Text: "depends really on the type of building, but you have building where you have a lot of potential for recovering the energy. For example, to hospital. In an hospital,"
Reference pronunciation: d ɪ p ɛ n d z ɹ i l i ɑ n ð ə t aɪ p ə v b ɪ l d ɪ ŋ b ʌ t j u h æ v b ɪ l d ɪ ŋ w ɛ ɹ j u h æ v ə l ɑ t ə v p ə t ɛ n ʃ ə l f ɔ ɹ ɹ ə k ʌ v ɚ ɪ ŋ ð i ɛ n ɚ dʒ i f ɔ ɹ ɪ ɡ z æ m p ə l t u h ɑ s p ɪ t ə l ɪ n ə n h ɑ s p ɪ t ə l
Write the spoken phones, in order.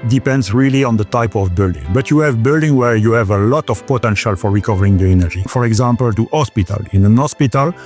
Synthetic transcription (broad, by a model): d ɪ p ɛ n d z ɹ i l i ɑ n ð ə t aɪ p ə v b ɪ l d ɪ ŋ b ʌ t j u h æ v b ɪ l d ɪ ŋ w ɛ ɹ j u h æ v ə l ɑ t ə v p ə t ɛ n ʃ ə l f ɔ ɹ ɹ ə k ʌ v ɚ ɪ ŋ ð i ɛ n ɚ dʒ i f ɔ ɹ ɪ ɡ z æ m p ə l t u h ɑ s p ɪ t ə l ɪ n ə n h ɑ s p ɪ t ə l